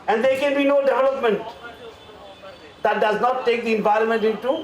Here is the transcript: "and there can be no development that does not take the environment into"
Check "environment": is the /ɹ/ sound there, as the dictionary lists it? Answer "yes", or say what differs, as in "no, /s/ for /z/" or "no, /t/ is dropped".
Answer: yes